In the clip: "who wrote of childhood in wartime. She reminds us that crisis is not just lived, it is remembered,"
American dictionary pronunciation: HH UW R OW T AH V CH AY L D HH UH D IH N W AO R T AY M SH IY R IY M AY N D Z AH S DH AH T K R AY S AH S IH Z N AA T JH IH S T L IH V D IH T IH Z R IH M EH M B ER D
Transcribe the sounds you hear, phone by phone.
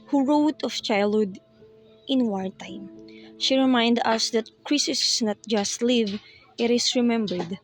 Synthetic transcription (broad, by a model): HH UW R OW T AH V CH AY L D HH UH D IH N W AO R T AY M SH IY R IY M AY N D AH S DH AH T K R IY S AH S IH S N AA T JH IH S T L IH V IH T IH S R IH M EH M B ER D